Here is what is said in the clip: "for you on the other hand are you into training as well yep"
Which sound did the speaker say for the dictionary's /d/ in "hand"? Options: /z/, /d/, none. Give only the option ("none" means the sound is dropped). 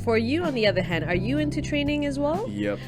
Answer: /d/